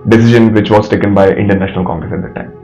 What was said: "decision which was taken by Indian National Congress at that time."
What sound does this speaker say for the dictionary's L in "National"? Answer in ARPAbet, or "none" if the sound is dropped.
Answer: L